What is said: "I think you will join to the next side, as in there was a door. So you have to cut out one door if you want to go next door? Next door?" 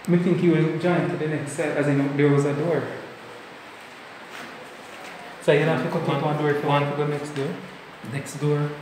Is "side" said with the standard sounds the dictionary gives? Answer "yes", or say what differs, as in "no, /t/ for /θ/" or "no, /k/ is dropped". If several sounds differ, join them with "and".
no, /d/ is dropped